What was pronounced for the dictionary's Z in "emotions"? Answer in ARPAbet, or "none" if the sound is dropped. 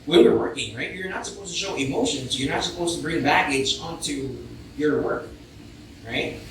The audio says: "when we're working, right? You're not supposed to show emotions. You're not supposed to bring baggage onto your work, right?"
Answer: Z